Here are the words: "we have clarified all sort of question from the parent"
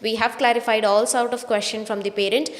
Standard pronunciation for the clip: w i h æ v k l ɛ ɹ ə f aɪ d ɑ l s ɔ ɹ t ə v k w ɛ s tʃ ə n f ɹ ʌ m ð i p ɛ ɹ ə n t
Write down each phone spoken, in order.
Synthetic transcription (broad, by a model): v i h æ v k l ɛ ɹ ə f aɪ d ɑ l s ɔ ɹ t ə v k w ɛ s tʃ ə n f ɹ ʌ m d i p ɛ ɹ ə n t